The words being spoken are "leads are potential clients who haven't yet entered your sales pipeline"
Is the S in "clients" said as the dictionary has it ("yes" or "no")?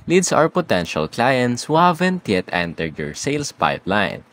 yes